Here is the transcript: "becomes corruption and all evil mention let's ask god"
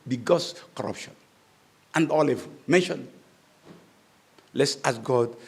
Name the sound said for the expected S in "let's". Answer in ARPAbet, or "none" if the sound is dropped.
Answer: S